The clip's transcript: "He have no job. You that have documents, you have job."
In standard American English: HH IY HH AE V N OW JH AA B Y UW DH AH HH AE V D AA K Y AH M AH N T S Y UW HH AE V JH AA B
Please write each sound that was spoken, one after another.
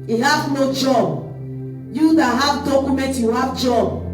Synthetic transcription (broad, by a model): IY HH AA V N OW JH AA B Y UW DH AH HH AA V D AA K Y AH M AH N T Y UW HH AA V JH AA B